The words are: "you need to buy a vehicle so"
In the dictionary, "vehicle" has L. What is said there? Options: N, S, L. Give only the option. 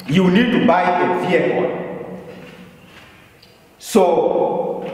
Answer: N